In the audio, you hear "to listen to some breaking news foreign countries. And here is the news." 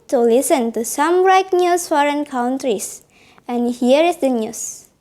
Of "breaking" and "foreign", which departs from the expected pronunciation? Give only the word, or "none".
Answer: breaking